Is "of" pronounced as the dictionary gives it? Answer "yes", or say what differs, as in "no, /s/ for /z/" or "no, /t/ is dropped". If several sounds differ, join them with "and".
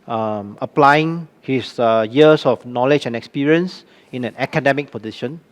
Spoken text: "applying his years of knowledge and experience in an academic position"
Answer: no, /f/ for /v/